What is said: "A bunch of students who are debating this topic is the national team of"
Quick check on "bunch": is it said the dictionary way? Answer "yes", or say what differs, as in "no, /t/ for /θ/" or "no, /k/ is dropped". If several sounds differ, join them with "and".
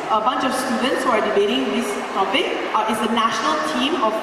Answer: yes